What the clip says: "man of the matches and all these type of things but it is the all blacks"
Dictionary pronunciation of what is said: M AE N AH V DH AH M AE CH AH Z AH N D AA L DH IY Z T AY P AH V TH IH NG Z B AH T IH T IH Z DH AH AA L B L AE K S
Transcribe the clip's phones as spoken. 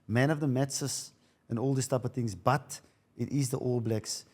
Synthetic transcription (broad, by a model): M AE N AH V DH AH M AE S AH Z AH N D AA L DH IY S T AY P AH V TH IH NG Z B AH T IH T IH Z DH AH AA L B L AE K S